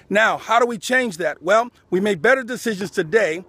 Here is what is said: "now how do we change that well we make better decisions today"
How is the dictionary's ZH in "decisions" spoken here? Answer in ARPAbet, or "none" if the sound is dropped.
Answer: ZH